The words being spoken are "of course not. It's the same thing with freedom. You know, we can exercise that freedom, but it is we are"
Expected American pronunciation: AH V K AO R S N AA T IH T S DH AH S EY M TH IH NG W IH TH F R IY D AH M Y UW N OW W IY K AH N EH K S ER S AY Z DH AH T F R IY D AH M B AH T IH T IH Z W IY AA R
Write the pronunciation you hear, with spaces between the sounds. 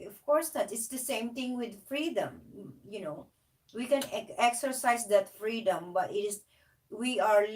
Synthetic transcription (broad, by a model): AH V K AO R S N AA T IH T S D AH S EY M T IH NG W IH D F R IY D AH M Y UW N OW W IY K AH N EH K S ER S AY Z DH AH T F R IY D AH M B AH T IH T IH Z W IY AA R